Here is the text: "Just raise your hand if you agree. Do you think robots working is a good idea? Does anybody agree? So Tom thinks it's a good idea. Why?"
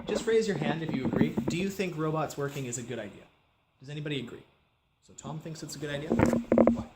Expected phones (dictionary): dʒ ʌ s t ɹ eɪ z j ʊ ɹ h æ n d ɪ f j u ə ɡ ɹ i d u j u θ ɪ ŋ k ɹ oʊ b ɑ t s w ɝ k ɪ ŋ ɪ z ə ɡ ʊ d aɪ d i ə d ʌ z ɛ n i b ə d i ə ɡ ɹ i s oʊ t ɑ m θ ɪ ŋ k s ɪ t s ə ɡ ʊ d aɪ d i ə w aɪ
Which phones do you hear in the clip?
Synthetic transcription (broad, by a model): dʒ ʌ s t ɹ eɪ z j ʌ ɹ h æ n d ɪ f j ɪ ə ɡ ɹ i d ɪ j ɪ θ ɪ ŋ k ɹ oʊ b ɑ t s w ɝ k ɪ ŋ ɪ z ə ɡ ʊ d aɪ d i ə d ʌ z ɛ n i b ə d i ə ɡ ɹ i s oʊ t ɑ m θ ɪ ŋ k s ɪ t s ə ɡ ʊ d aɪ d i ə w